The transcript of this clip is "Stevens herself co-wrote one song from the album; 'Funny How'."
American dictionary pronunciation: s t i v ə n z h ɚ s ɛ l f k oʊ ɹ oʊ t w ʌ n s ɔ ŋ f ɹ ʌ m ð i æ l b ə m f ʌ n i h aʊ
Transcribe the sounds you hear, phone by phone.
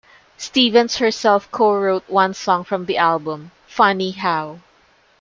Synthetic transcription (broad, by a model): s t i v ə n s h ɚ s ɛ l f k oʊ ɹ oʊ t w ʌ n s ɔ ŋ f ɹ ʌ m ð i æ l b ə m f ʌ n i h aʊ